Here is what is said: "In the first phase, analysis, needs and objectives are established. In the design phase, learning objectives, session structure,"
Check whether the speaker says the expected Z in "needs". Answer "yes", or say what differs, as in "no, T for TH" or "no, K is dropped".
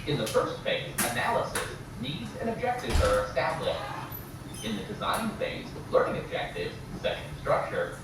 yes